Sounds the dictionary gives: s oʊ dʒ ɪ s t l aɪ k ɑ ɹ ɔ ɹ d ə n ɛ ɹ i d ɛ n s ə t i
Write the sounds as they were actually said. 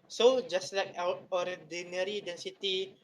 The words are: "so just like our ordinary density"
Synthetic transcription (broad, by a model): s oʊ dʒ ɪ s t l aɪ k ɑ ɹ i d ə n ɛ ɹ i d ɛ n s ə t i